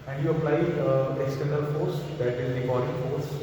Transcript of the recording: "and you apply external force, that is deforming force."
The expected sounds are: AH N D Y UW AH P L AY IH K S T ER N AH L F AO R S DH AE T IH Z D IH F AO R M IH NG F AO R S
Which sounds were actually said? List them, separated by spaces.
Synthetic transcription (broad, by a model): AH N D Y UW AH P L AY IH S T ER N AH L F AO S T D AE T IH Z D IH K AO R IH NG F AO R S